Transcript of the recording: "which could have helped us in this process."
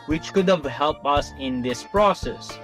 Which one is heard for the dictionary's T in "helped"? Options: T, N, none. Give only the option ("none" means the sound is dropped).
none